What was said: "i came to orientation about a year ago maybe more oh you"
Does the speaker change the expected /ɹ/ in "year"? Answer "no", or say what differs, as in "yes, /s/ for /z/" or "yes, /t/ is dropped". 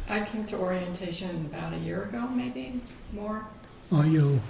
no